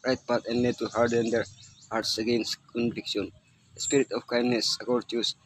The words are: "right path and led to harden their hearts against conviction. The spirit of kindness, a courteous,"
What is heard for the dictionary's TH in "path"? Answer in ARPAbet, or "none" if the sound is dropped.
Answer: T